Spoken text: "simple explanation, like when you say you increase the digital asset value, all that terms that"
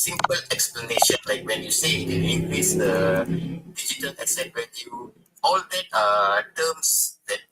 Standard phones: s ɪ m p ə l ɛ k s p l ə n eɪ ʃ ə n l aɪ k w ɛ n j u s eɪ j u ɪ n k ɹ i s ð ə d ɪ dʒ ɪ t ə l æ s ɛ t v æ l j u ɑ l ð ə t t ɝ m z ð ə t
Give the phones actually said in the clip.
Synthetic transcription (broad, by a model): s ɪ m p ə l ɛ k s p l ə n eɪ ʃ ə n l aɪ k w ɛ n j u s eɪ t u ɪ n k ɹ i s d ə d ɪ dʒ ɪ t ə l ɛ s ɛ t w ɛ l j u ɑ l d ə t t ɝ m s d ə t